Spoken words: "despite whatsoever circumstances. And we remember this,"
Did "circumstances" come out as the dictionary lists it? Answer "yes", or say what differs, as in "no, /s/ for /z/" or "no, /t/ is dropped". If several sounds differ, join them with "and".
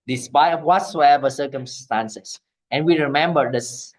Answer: no, /s/ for /z/